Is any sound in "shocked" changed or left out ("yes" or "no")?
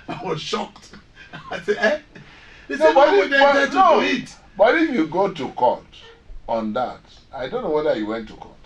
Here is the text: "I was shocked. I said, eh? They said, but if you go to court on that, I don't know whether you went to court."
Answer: no